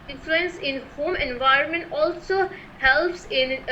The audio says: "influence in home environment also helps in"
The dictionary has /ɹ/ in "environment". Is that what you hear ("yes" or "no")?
yes